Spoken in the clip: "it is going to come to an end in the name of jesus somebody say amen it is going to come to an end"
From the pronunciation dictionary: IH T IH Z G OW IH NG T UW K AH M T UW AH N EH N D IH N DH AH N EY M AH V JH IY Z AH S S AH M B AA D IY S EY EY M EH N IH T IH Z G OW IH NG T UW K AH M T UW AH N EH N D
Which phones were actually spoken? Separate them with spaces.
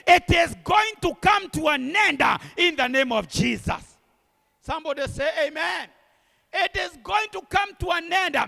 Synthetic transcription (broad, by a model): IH T IH Z G OW IH NG T UW K AH M T UW AH N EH N D IH N DH AH N EY M AH V JH IY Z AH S S AH M B AA D IY S EY EY M EH N IH T IH Z G OW IH NG T UW K AH M T UW AH N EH N D